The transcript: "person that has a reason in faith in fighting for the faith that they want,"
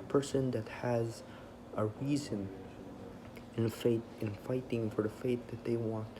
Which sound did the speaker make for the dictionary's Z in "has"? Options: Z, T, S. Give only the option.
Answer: Z